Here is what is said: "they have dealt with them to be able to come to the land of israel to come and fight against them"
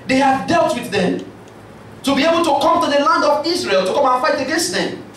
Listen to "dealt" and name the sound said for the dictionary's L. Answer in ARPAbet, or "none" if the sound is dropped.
L